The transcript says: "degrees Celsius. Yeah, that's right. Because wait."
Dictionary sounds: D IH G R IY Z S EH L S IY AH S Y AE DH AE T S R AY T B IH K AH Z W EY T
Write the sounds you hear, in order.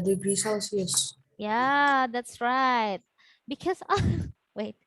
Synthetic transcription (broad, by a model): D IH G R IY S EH S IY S Y AE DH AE T S R AY T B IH K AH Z W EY T